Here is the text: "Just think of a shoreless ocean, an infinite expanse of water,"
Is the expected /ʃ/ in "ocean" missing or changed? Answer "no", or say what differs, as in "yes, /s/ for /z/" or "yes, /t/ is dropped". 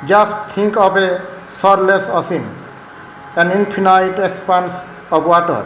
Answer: yes, /s/ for /ʃ/